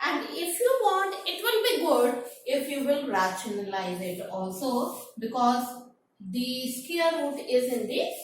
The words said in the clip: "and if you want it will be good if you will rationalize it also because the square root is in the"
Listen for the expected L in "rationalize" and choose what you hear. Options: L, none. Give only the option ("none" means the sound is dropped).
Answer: L